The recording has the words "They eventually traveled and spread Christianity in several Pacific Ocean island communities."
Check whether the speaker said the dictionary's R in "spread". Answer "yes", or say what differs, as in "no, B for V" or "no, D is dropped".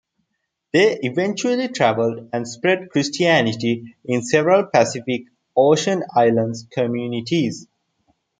yes